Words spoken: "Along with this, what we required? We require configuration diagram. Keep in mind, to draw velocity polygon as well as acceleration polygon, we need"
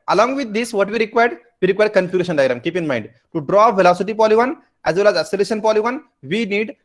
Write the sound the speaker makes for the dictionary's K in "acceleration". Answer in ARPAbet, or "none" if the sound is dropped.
none